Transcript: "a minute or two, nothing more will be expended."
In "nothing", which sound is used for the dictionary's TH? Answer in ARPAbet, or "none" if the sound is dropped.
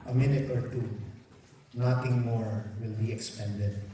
T